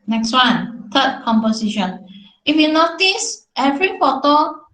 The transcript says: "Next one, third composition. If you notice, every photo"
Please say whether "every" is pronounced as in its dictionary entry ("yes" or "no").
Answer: yes